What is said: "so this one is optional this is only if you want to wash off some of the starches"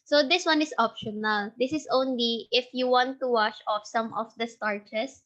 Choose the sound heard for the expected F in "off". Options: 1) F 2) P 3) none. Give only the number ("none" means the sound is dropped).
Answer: 1